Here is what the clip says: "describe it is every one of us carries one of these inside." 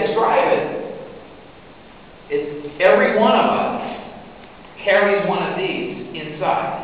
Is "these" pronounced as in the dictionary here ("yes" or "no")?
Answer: yes